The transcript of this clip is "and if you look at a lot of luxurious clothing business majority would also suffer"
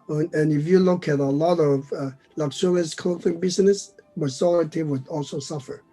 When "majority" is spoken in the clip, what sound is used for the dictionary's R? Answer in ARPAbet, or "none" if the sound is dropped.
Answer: L